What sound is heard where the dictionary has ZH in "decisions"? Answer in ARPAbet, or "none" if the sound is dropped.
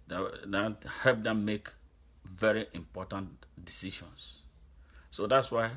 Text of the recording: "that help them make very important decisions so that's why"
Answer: SH